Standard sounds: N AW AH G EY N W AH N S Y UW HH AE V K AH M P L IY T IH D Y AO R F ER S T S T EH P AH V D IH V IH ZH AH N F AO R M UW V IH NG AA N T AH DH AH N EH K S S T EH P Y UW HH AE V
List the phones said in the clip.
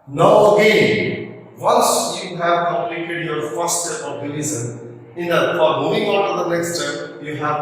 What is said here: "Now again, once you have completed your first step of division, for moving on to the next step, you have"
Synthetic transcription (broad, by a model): N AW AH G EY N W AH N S Y UW HH AE V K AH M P L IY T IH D Y AO R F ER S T S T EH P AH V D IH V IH Z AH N F AO R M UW IH NG AA N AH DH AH N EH K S S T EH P Y UW HH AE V